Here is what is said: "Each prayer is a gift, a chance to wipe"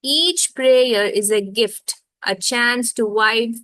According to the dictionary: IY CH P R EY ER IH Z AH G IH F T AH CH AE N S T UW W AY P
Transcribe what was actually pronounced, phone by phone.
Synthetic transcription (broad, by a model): IY CH P R EY ER IH Z AH G IH F T AH CH AE N S T UW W AY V